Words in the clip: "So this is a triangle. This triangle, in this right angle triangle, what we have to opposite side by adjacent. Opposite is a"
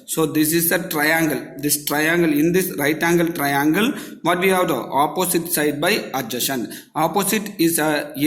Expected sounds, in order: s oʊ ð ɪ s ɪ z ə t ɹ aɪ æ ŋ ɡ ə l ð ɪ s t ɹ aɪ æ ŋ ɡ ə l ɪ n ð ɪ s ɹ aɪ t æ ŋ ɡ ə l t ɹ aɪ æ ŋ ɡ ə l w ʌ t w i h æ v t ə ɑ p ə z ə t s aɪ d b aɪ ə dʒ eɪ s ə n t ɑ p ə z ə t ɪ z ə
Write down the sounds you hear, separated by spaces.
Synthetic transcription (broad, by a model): s oʊ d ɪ s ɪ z ə t ɹ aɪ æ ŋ ɡ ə l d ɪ s t ɹ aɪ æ ŋ ɡ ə l ɪ n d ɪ s ɹ aɪ t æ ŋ ɡ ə l t ɹ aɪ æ ŋ ɡ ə l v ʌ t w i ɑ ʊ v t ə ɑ p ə s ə t s aɪ d b aɪ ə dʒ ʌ ʃ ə n ɑ p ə s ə t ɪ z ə